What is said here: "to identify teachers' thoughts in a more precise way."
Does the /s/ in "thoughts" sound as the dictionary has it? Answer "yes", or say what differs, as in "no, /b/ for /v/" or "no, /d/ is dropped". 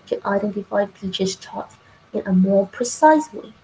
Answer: no, /s/ is dropped